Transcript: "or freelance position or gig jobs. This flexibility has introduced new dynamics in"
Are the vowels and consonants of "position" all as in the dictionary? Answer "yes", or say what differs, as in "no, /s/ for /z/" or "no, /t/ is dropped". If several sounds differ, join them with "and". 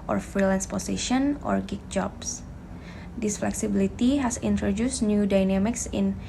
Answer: no, /s/ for /z/